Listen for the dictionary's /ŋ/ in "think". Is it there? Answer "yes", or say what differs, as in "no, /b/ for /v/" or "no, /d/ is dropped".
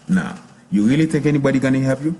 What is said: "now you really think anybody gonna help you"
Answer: no, /ŋ/ is dropped